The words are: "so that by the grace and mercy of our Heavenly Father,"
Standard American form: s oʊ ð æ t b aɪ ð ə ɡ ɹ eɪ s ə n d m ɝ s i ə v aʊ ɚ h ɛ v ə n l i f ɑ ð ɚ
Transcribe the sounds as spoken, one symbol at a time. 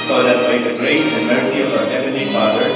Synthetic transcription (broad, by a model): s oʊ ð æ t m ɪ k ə ɡ ɹ eɪ s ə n m ɝ s i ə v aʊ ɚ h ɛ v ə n i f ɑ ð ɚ